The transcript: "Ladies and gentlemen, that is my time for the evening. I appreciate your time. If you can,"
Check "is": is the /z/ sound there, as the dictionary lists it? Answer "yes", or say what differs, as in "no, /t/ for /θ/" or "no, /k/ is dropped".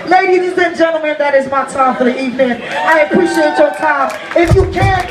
yes